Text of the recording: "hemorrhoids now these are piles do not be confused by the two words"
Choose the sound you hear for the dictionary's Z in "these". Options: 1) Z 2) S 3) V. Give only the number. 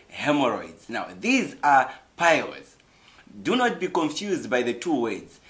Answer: 1